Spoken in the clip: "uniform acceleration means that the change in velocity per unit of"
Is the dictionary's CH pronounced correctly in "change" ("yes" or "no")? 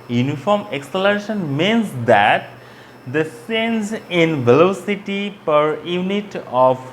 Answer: no